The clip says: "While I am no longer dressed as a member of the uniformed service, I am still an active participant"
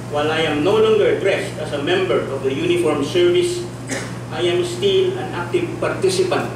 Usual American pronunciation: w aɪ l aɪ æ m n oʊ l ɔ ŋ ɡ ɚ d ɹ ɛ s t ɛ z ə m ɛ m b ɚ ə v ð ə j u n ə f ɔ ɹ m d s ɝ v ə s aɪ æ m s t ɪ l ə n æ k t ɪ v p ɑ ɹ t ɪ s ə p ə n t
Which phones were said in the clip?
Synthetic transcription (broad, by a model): w aɪ l aɪ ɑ m n oʊ l ɔ ŋ ɡ ɚ d ɹ ɛ s t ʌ s ə m ɛ m b ɚ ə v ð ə j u n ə f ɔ ɹ m s ɝ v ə s aɪ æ m s t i l ə n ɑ k t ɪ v p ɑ ɹ t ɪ s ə p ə n t